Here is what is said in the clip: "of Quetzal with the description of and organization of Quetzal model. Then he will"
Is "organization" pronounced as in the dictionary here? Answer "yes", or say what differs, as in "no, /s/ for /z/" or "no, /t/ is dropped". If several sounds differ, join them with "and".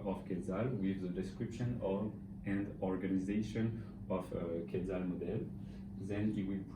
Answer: yes